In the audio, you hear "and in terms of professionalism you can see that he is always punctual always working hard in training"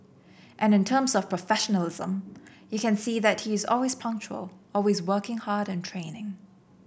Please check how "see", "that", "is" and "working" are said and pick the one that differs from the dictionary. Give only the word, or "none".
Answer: none